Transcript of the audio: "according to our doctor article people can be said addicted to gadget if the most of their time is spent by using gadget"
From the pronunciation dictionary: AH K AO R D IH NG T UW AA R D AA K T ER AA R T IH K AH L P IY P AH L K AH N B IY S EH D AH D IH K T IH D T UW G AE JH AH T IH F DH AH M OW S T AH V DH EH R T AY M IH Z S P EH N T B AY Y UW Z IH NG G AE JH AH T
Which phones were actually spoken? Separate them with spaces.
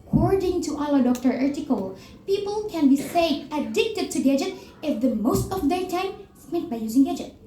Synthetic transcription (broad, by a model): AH K AO R D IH NG T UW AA L D AA K T ER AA R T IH K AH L P IY P AH L K AH N B IY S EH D AH D IH K T IH D T UW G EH JH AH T IH F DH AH M OW S T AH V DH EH R T AY M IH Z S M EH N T B AY Y UW Z IH NG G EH JH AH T